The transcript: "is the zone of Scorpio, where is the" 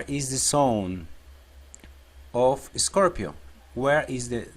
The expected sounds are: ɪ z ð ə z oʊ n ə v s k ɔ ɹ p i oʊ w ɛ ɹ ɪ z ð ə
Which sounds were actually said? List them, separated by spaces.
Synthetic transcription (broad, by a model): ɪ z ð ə s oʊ n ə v s k ɔ ɹ p i oʊ w ɛ ɹ ɪ z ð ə